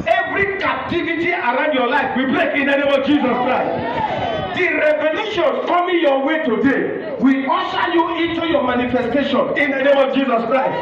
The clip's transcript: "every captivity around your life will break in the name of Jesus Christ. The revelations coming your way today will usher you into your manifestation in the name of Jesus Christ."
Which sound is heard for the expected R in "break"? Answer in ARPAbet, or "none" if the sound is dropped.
L